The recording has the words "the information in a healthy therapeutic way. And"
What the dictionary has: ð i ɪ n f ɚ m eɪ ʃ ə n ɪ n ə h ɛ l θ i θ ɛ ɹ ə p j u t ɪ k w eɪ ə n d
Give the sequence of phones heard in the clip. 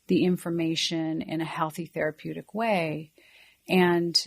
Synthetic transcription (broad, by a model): ð i ɪ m f ɚ m eɪ ʃ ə n ɪ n ə h ɛ l θ i θ ɛ ɹ ə p j u t ɪ k w eɪ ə n